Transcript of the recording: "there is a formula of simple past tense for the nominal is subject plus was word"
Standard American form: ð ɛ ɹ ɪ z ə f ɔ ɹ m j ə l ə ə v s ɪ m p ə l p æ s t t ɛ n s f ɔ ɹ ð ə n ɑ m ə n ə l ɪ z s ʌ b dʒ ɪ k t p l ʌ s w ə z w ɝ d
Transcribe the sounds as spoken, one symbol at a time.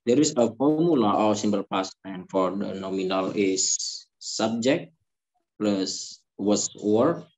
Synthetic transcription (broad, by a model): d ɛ ɹ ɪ s ə f ɔ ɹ m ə l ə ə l s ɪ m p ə l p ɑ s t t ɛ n f ɔ ɹ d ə n ɑ m ə n ə l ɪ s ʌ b dʒ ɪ k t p l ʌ s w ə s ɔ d